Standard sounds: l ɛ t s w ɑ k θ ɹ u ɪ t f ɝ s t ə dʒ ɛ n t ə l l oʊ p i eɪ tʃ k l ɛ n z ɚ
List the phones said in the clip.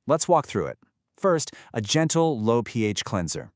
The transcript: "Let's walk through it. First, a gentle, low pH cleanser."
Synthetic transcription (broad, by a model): l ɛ t s w ɑ k θ ɹ u ɪ t f ɝ s t ə dʒ ɛ n t l l oʊ p i eɪ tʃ k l ɛ n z ɚ